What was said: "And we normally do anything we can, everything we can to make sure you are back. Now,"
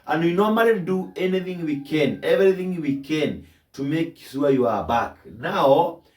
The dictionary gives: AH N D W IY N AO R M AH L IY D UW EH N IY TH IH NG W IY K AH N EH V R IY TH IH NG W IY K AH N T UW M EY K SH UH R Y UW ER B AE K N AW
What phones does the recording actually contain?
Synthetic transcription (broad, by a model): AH N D W IY N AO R M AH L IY D UW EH N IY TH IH NG W IY K AH N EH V R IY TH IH NG W IY K AH N T UW M EY K S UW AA Y UW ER B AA K N AW